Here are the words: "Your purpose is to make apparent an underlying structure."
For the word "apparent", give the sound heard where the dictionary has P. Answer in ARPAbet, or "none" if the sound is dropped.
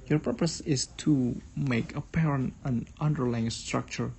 P